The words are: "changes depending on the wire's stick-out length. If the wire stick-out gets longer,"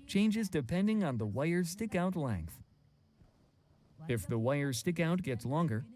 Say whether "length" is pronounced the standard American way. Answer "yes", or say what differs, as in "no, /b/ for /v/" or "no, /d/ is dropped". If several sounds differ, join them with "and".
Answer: yes